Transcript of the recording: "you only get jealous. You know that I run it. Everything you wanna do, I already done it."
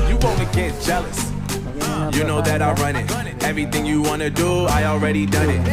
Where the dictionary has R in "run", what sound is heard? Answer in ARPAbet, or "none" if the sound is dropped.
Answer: R